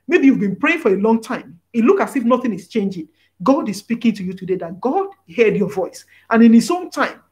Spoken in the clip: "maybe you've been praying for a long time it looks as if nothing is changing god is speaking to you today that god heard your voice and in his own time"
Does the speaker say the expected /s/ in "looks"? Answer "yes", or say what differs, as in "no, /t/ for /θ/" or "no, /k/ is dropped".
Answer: no, /s/ is dropped